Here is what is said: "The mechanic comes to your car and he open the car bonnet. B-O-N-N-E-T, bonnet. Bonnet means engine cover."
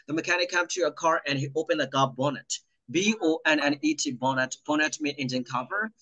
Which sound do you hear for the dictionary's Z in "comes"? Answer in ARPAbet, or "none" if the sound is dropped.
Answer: none